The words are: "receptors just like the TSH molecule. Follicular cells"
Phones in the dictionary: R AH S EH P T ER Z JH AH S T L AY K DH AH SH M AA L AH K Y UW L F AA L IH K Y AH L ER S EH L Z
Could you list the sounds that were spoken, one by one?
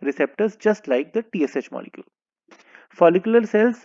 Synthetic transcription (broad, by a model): R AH S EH P T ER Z JH AH S T L AY K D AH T M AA L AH K Y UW L F AA L IH K Y AH L ER S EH L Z